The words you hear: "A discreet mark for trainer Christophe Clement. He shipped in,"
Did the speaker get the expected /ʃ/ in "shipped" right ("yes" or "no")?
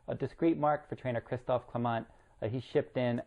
yes